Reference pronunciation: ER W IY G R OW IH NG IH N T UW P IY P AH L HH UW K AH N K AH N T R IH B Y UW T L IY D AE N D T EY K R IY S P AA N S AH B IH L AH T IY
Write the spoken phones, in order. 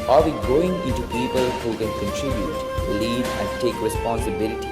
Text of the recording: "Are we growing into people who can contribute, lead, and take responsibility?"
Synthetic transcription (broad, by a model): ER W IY G OW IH NG IH N T UW P IY P AH L HH UW K AH N K AH N T R IH B Y UW T L IY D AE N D T EY K R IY S P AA N S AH B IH L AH T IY